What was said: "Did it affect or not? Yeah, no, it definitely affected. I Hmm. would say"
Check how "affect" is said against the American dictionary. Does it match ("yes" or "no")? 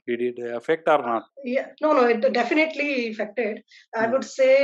yes